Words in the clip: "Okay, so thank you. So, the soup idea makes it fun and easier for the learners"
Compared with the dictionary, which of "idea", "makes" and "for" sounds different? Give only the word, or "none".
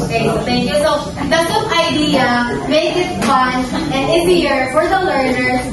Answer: makes